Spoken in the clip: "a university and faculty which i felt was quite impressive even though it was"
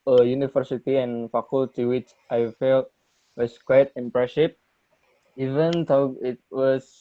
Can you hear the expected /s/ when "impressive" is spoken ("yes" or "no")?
no